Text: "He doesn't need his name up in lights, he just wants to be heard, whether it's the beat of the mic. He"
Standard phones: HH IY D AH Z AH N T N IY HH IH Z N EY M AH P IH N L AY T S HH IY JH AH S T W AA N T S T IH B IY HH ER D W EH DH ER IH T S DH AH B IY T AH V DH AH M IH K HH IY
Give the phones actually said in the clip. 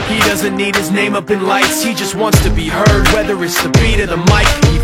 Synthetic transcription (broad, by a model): HH IY D AH Z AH N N N IY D IH Z N EY M AH P IH N L AY T S HH IY JH AH S T W AA N T S T IH B IY HH ER D W EH DH ER IH T S DH AH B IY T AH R DH AH M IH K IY